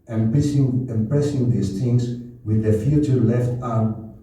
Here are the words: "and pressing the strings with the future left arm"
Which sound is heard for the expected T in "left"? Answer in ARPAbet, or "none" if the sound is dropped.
T